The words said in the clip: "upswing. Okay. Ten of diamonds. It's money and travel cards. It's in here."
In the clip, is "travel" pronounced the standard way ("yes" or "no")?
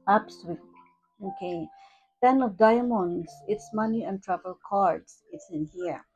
no